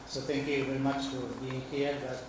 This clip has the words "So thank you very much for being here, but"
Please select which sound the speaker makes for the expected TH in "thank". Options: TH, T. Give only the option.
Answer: T